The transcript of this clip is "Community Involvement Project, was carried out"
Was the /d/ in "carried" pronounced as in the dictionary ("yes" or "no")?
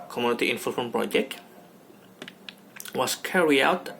no